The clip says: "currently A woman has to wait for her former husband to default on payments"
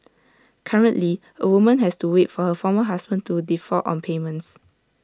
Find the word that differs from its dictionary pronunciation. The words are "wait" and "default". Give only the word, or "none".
default